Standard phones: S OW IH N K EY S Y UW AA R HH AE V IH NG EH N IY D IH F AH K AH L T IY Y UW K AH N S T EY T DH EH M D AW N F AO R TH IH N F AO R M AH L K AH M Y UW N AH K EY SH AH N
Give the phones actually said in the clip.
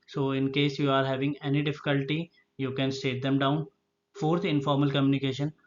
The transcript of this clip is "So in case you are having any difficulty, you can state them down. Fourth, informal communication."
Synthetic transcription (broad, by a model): S OW IH N K EY S Y UW AA R HH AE V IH NG EH N IY D IH F AH K AH L T IY Y UW K AH N S T EY T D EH M D AW N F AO R T IH N F AO R M AH L K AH M Y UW N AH K EY SH AH N